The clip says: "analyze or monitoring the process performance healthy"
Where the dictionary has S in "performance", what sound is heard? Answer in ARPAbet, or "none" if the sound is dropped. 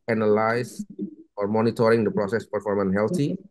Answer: none